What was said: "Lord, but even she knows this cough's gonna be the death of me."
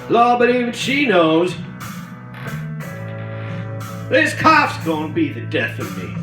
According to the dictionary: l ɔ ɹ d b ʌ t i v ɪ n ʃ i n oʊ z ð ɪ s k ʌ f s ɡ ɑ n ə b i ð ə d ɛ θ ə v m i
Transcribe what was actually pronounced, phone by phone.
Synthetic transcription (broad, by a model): l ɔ b ʌ t i v ɪ n ʃ i n oʊ z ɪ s k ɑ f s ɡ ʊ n b i ð ə d ɛ θ ə v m i